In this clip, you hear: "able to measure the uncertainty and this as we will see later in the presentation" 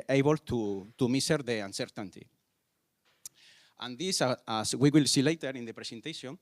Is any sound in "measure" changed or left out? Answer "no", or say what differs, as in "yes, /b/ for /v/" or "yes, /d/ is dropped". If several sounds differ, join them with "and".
yes, /s/ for /ʒ/